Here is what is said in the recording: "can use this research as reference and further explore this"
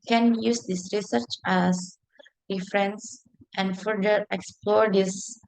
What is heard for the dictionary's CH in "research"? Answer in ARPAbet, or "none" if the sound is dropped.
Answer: CH